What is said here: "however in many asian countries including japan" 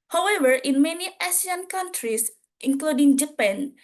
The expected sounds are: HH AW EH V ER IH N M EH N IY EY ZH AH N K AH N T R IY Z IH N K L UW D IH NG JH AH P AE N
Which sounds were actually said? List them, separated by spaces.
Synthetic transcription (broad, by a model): HH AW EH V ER IH N M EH N IY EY S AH N K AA N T R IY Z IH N K L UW D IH NG JH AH P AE N